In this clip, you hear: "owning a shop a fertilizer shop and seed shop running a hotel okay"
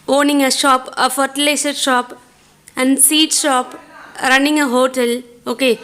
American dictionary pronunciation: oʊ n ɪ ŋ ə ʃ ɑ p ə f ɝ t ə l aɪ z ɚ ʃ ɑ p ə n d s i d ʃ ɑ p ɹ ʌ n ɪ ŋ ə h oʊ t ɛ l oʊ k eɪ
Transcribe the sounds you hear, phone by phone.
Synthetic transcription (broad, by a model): oʊ n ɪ ŋ ə ʃ ɑ p ə f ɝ t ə l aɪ s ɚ ʃ ɑ p ə n d s i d ʃ ɑ p ɹ ʌ n ɪ ŋ ə h oʊ t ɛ l oʊ k eɪ